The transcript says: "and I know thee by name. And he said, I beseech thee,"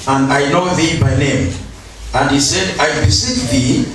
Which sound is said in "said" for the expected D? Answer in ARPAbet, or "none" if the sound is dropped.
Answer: D